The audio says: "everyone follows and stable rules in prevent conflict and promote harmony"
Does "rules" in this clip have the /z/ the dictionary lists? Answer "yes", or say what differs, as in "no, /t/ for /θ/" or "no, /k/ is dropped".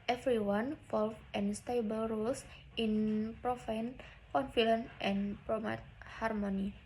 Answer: no, /s/ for /z/